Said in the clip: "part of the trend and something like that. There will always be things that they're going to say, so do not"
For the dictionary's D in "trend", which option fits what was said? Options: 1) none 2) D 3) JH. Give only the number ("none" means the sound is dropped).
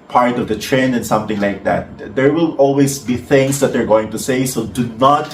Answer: 1